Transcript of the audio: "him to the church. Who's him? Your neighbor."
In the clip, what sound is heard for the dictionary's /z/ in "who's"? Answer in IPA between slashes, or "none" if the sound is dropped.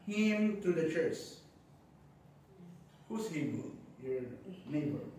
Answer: /s/